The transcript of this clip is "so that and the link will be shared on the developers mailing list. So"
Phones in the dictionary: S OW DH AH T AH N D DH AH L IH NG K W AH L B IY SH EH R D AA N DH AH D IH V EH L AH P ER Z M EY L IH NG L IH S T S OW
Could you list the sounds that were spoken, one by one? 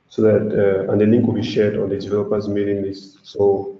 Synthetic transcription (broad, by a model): S OW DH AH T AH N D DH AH L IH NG K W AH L B IY SH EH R D AA N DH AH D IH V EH L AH P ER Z M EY N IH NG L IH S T S OW